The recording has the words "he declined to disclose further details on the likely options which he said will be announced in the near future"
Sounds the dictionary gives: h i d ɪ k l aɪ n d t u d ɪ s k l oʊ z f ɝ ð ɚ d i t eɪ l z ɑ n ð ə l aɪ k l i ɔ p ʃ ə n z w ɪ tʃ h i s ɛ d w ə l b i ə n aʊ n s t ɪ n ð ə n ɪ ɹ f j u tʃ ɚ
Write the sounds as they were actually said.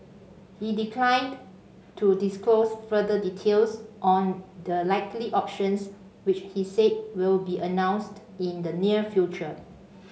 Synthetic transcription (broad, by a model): h i d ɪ k l aɪ n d t u d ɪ s k l oʊ s f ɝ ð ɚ d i t eɪ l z ɑ n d ə l aɪ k l i ɔ p ʃ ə n s w ɪ tʃ h i s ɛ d w ə l b i ə n aʊ n s t ɪ n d ə n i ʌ f j u tʃ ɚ